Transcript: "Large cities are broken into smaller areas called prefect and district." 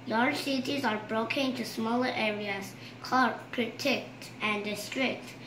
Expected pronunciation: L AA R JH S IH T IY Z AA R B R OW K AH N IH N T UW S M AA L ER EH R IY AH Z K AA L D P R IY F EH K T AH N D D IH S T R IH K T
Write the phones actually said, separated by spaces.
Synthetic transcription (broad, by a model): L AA R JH S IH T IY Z AA R B R OW K AH N IH N T UW S M AA L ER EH R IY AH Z K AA D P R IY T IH K T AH N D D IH S T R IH K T